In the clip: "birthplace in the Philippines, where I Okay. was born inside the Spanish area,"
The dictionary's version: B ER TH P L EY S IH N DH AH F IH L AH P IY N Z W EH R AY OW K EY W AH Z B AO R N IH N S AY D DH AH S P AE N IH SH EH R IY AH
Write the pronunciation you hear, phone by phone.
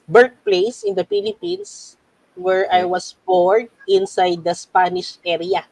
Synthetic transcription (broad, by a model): B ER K P L EY S IH N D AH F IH L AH P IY N S W EH R AY W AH S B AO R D IH N S AY D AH S P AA N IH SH EH R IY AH